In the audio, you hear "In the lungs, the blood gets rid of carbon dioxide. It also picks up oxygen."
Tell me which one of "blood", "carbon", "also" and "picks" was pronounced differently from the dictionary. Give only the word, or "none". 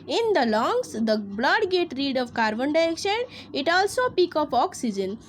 picks